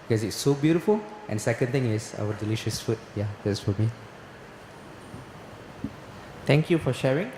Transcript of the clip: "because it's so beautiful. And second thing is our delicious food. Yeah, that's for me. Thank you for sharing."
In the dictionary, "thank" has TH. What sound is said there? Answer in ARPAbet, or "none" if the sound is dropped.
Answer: T